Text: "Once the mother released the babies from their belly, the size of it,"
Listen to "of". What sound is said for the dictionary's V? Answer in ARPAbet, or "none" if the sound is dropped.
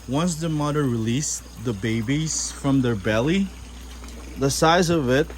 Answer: V